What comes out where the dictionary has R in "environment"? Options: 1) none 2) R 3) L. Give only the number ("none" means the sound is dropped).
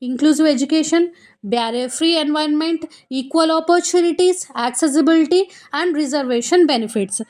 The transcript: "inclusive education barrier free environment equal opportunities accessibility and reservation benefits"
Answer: 1